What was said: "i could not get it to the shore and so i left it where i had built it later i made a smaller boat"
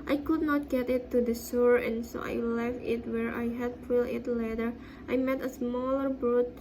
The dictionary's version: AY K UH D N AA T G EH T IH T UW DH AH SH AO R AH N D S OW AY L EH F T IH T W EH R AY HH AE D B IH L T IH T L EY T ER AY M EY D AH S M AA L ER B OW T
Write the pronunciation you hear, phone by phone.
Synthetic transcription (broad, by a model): AY K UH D N AA T G EH T IH T UW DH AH S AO R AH N S OW AY L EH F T IH T W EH R AY HH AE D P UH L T IH T L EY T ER AY M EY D AH S M AA L ER B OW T